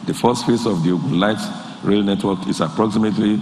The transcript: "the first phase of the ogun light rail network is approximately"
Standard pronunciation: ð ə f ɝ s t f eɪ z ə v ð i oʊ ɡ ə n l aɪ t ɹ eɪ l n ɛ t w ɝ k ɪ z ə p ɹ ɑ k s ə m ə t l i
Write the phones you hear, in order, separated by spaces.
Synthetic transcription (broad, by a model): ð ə f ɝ s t f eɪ s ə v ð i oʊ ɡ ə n l aɪ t ɹ eɪ l n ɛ t w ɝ k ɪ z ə p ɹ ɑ k s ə m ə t l i